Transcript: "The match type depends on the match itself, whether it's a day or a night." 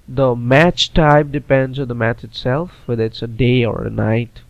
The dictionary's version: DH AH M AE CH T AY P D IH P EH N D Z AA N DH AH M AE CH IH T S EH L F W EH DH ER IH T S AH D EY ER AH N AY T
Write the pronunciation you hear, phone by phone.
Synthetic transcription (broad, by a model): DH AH M AE CH T AY B D IH P EH N D Z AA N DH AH M AE CH IH T S EH L F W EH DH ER IH T S AH D EY ER AH N AY T